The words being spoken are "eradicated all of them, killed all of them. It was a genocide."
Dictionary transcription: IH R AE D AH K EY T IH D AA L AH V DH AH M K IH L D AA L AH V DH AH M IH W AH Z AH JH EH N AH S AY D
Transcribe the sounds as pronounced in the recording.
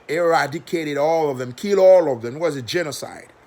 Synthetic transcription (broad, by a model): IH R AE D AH K EY T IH D AA L AH V DH AH M K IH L AA L AH V DH AH M W AH Z AH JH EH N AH S AY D